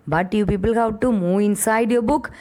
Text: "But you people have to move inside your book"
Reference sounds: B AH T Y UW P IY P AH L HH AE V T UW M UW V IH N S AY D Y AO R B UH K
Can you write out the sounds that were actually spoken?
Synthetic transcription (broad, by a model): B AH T Y UW P IY P AH L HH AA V T UW M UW IH N S AY D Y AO B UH K